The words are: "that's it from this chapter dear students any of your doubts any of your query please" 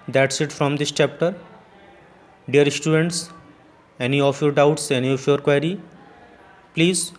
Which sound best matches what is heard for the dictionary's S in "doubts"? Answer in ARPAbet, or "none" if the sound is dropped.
S